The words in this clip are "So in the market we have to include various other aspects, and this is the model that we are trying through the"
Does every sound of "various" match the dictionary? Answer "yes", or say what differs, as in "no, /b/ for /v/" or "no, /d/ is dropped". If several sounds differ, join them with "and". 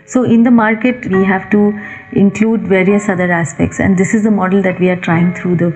yes